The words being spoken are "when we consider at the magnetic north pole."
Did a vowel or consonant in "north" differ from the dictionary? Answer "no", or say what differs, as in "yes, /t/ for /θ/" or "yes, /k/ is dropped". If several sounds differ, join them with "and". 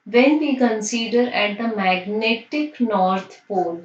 yes, /t/ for /θ/